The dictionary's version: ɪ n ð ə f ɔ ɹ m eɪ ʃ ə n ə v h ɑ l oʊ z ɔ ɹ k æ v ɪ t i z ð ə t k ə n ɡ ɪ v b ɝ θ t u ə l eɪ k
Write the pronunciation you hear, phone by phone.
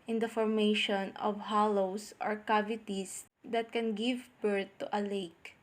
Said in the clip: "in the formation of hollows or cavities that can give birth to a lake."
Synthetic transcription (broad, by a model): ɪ n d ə f ɔ ɹ m eɪ ʃ ə n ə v h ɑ l oʊ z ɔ ɹ k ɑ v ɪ t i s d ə t k ə n ɡ ɪ v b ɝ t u ə l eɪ k